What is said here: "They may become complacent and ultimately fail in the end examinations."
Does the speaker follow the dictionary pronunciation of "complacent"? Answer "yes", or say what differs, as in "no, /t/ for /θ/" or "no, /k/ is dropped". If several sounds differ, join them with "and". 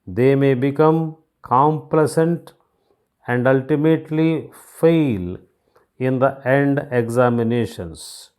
yes